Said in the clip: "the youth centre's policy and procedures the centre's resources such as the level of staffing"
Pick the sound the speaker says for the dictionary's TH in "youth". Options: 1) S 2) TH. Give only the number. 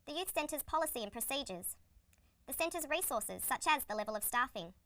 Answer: 2